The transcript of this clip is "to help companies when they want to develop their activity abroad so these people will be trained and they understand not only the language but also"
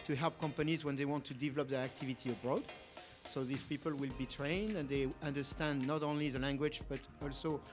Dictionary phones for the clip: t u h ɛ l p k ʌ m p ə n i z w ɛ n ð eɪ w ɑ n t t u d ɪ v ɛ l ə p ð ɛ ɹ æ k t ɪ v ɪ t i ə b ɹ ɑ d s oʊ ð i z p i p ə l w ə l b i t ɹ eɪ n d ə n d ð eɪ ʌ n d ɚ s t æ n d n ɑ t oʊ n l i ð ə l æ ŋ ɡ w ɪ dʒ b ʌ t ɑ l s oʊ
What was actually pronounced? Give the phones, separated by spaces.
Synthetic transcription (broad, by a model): t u h ɛ l p k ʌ m p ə n i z w ɛ n ð eɪ w ɑ n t t u d ɪ v ɛ l ə p ð ɛ ɹ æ k t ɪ v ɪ t i ə b ɹ ɑ d s oʊ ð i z p i p ə l w ə l b i t ɹ eɪ n d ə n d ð eɪ ʌ n d ɚ s t æ n d n ɑ t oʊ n l i ð ə l æ ŋ ɡ w ɪ dʒ b ʌ t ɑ l s oʊ